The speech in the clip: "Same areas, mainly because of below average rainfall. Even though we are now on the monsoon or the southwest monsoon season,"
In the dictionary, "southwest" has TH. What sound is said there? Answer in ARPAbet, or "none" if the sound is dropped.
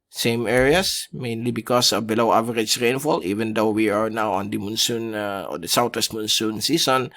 T